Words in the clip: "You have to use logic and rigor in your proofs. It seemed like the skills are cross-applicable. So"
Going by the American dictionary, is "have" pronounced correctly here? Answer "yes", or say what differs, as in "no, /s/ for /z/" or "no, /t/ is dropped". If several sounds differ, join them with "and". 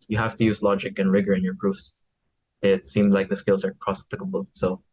no, /f/ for /v/